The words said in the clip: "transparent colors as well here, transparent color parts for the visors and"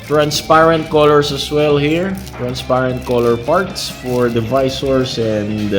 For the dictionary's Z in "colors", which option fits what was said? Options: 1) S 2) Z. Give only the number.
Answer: 1